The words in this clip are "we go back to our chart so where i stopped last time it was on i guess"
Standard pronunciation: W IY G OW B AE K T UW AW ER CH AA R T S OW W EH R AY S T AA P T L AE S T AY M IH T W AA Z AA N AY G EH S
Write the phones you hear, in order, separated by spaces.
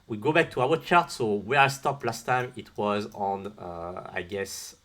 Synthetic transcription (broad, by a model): W IY G OW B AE K T UW AW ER CH AA R T S OW W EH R AY S T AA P L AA S T AY M IH T W AA Z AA N AY G EH S